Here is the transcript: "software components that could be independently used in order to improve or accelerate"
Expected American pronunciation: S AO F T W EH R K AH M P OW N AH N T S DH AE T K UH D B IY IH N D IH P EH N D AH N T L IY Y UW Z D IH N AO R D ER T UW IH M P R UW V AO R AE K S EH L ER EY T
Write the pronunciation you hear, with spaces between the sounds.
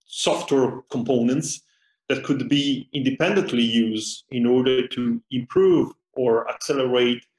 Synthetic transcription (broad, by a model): S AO F T W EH R K AH M P OW N AH N T S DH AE T K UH D B IY IH N D IH P EH N D AH N T L IY Y UW Z D IH N AO R D ER T UW IH M P R UW V AO R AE K S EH L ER EY T